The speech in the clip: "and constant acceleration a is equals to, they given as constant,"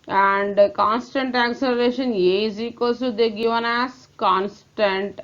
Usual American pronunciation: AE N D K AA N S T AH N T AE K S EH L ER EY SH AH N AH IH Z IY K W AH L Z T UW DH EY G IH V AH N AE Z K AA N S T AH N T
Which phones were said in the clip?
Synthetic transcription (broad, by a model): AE N D K AA N S T AH N T AE K S EH L ER EY SH AH N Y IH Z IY K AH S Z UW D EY G IH V AH N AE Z K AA N S T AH N T